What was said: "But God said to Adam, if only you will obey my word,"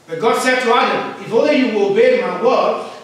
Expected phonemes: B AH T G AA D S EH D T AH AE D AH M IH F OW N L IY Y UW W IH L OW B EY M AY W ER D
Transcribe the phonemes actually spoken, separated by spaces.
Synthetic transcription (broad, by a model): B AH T G AA D S EH D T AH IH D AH IH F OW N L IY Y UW W IH L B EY M AY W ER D